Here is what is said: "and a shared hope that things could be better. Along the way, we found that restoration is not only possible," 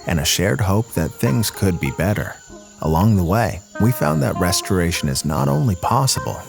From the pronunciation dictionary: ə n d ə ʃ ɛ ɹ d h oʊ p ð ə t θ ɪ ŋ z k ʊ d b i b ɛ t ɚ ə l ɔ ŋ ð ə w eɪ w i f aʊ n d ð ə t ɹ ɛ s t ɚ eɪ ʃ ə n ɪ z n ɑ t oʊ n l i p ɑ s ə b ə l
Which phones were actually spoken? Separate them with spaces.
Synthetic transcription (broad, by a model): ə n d ə ʃ ɛ ɹ d h oʊ p ð ə t θ ɪ ŋ z k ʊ d b i b ɛ t ɚ ə l ɔ ŋ ð ə w eɪ w i f aʊ n ð ə t ɹ ɛ s t ɚ eɪ ʃ ə n ɪ z n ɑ t oʊ n l i p ɑ s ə b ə l